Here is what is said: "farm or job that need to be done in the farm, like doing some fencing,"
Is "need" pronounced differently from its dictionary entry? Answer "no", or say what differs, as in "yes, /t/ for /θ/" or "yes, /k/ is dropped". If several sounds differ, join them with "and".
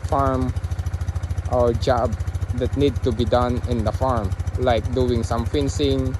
no